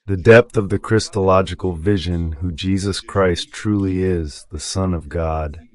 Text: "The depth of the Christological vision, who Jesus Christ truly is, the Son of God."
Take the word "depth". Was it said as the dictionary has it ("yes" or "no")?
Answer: yes